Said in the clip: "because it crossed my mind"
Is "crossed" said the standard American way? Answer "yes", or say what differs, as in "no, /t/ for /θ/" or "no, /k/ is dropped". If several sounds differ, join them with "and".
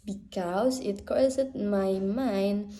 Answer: no, /ɹ/ is dropped